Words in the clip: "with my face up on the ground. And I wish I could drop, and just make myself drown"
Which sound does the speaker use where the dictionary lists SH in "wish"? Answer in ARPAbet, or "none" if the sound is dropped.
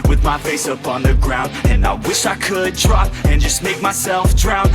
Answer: SH